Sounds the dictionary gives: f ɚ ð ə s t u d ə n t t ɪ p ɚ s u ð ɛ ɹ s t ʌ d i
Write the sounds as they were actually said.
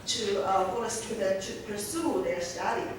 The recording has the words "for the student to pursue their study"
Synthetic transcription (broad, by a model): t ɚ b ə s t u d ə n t t ɪ p ɚ s u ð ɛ ɹ s t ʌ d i